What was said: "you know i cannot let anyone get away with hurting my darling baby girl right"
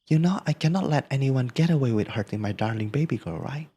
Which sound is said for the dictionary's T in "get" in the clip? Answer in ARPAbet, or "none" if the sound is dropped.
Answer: T